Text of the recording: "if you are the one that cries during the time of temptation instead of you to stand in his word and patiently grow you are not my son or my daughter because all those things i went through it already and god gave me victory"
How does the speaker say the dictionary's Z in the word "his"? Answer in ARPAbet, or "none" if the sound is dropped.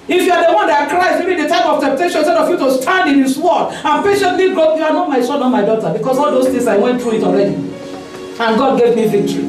S